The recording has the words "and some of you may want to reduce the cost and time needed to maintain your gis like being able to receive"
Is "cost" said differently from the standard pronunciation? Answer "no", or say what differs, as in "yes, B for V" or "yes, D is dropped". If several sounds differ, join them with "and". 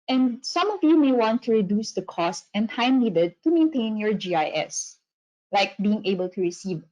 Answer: no